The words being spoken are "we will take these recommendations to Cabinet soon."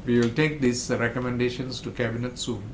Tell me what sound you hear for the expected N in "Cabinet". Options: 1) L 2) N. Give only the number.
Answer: 2